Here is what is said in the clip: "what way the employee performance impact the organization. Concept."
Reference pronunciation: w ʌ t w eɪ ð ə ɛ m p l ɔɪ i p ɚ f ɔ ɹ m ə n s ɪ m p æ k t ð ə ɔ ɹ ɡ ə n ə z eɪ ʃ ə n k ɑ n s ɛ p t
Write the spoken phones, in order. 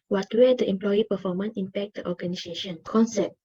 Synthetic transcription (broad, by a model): w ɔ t w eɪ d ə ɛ m p l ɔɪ i p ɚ f ɔ m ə n ɪ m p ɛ k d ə ɔ ɡ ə n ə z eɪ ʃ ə n k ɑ n s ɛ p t